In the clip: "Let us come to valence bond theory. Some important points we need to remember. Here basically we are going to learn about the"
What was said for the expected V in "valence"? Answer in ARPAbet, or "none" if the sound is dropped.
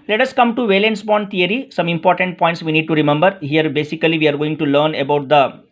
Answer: V